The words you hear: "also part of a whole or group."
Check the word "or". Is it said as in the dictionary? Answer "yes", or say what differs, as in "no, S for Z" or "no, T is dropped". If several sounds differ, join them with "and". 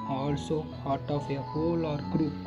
yes